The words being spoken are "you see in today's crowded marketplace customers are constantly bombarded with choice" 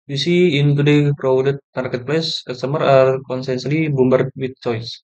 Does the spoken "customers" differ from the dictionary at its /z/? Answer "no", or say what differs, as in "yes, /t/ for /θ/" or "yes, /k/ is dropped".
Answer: yes, /z/ is dropped